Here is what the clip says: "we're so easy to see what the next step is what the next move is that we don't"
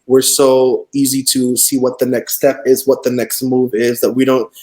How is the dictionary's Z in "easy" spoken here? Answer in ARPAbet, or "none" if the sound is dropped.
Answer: Z